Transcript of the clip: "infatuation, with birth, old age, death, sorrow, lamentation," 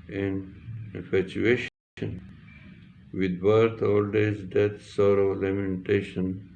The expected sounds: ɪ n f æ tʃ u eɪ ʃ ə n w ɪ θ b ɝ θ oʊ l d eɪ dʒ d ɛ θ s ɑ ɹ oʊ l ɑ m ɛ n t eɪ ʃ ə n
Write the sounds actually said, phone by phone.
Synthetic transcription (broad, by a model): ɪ n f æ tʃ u eɪ ʃ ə n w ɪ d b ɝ t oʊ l d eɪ z d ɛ t s ɑ ɹ oʊ l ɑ m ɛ n t eɪ ʃ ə n